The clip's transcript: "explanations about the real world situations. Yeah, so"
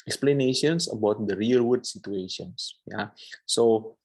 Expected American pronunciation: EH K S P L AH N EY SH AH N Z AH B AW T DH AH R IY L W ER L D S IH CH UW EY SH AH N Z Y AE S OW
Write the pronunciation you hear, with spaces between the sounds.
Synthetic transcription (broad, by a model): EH K S P L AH N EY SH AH N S AH B AW T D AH R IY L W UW D S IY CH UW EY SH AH N S Y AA S OW